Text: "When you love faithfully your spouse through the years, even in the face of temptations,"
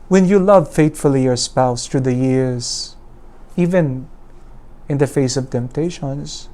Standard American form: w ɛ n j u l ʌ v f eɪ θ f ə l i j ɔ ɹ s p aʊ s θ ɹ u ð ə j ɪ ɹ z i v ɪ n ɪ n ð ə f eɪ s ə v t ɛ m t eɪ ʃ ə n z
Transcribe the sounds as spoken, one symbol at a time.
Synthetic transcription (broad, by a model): w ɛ n j u l ʌ v f eɪ t f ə l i j ɔ ɹ s p aʊ s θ ɹ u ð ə j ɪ ɹ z i v ɪ n ɪ n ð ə f eɪ s ə v t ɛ m t eɪ ʃ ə n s